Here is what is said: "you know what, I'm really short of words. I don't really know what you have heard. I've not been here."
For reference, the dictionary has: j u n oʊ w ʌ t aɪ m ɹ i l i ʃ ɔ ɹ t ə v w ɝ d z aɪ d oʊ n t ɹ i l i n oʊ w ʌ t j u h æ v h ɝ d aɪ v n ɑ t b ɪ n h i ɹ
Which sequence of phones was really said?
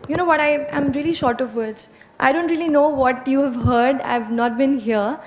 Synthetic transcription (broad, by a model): j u n oʊ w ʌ t aɪ m ɹ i l i ʃ ɔ ɹ t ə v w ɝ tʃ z aɪ d oʊ n t ɹ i l i n oʊ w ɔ t j u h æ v h ɝ d aɪ v n ɑ t b ɪ n h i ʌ